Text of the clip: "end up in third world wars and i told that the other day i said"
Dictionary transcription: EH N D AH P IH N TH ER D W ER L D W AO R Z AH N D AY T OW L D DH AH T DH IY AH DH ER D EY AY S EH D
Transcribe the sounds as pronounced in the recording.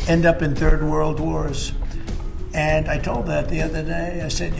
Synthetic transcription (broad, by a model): EH N D AH P IH N TH ER D W ER L D W AO R Z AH N AY T OW L D DH AH T DH IY AH DH ER D EY AY S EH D